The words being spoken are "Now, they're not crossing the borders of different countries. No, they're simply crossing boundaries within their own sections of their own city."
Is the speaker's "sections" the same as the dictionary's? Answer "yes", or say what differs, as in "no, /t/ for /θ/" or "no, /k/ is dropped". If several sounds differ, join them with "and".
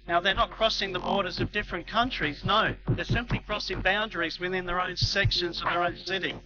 yes